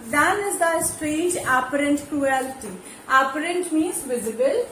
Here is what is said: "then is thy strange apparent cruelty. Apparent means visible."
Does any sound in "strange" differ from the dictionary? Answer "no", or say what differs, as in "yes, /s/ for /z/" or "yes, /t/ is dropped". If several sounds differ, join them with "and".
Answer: yes, /n/ is dropped